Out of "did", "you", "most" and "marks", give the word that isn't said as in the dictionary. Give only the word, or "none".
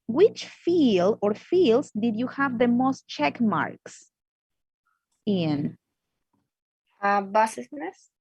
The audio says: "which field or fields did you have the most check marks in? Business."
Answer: none